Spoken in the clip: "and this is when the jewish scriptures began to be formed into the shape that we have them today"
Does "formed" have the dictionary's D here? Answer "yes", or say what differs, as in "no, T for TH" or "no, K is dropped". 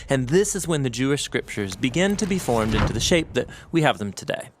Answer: yes